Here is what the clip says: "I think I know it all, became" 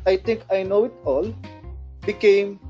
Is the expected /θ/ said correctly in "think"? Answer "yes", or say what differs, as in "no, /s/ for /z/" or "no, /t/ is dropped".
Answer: no, /t/ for /θ/